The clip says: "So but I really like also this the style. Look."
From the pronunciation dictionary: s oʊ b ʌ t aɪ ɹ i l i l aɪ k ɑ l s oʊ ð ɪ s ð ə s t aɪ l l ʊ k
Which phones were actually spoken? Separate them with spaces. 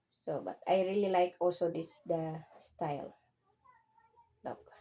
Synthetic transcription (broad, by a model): s oʊ b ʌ t aɪ ɹ i l i l aɪ k ɑ l s oʊ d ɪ s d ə s t aɪ l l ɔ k